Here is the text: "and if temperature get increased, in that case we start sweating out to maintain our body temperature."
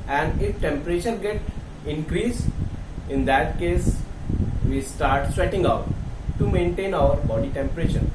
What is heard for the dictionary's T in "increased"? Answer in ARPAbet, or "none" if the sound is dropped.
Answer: none